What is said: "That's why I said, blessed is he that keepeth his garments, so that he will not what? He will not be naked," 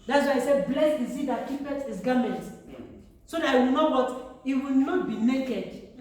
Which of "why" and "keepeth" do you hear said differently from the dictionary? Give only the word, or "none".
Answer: keepeth